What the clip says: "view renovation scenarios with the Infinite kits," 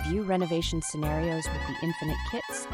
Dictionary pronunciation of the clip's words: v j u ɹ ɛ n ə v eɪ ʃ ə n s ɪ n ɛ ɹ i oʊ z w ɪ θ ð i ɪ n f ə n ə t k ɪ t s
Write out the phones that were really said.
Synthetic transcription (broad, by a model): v j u ɹ ɛ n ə v eɪ ʃ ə n s ɪ n ɛ ɹ i oʊ z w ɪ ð i ɪ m f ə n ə t k ɪ t s